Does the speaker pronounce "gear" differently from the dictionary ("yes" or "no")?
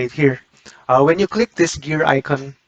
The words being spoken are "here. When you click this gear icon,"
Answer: no